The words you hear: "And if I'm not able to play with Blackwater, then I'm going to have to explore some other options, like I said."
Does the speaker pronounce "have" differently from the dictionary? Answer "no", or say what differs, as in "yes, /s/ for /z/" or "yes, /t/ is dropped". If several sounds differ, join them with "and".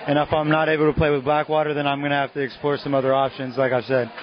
yes, /f/ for /v/